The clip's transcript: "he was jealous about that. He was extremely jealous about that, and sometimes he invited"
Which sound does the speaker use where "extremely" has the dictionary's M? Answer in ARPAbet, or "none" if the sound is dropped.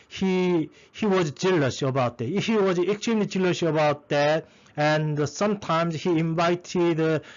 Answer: none